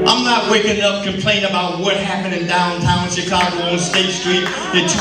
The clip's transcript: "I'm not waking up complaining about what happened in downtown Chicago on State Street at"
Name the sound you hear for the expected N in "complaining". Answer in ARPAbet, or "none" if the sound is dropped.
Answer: none